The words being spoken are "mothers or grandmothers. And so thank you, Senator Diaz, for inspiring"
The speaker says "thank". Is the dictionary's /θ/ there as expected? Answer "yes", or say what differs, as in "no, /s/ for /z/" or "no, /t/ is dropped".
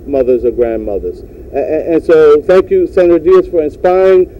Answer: yes